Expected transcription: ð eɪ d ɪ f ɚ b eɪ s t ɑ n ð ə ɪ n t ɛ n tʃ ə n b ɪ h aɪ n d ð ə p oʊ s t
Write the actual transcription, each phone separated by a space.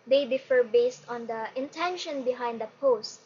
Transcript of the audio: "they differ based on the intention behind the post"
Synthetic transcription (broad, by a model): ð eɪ d ɪ f ɚ b eɪ s t ɑ n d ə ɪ n t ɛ n ʃ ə n b ɪ h aɪ n d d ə p oʊ s t